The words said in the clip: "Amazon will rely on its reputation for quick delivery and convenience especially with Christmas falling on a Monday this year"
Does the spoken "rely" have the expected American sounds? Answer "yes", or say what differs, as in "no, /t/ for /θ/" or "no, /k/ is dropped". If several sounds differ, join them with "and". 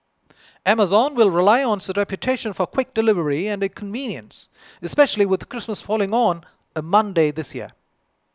yes